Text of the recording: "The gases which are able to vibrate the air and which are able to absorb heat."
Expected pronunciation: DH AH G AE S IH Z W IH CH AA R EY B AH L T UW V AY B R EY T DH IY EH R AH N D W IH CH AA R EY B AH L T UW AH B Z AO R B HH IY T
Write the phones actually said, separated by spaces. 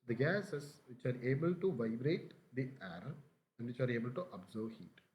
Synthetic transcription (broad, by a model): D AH G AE S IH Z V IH CH AA R EY B AH L T UW V AY B R EY T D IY EH R AH N D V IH CH AA R EY B AH L T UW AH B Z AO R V HH IY T